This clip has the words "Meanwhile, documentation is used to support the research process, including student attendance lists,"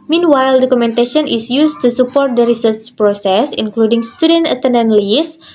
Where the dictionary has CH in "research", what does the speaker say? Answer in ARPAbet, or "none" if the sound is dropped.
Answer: S